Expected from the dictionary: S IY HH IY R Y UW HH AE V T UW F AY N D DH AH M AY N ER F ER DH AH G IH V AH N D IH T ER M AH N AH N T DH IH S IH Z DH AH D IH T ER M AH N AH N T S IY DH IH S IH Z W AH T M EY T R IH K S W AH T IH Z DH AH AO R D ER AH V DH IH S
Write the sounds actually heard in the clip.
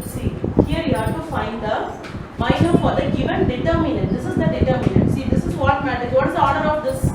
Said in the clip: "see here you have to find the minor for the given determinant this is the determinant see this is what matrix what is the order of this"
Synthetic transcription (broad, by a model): S IY HH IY R Y UW HH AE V T UW F AY N D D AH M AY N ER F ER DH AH G IH V AH N D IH T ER M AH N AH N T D IH S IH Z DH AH D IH T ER M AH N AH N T S IY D IH S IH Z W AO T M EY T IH S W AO T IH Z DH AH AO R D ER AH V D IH S